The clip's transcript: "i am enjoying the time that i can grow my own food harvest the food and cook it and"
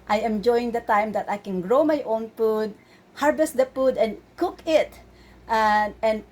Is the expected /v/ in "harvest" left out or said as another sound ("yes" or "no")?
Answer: yes